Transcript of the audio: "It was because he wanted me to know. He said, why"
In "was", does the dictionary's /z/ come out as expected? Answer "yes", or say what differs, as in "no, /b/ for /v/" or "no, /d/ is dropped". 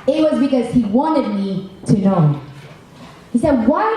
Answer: yes